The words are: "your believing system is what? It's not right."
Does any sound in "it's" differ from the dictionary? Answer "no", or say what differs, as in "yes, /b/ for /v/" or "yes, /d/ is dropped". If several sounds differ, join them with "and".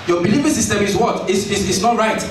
yes, /s/ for /t/